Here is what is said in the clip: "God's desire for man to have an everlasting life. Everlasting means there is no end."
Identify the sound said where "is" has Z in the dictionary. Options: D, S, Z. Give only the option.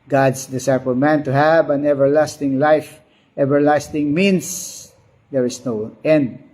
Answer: S